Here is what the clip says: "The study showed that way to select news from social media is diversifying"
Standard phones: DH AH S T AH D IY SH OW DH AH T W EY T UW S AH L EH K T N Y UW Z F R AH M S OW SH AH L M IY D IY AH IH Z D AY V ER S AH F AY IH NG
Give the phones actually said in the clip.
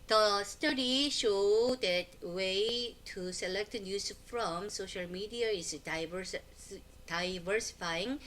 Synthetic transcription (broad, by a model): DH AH S T AH D IY SH OW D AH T W EY T UW S AH L EH K T N Y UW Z F R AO M S OW SH AH L M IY D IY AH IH S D AY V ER S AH F AY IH NG